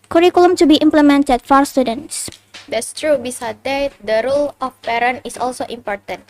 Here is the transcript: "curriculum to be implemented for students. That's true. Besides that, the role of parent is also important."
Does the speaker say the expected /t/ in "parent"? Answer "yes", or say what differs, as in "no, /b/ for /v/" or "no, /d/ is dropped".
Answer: no, /t/ is dropped